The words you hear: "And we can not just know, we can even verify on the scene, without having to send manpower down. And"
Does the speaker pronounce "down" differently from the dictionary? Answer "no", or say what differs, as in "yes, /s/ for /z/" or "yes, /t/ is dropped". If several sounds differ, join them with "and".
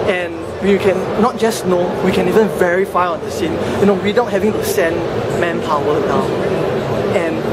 yes, /n/ is dropped